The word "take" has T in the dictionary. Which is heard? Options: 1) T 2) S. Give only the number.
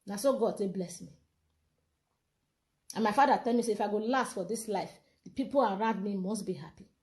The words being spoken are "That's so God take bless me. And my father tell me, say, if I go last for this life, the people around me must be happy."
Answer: 2